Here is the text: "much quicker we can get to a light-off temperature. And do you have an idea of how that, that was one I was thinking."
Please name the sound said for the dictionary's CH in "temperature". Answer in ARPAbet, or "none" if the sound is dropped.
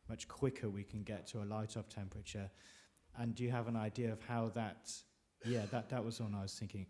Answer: CH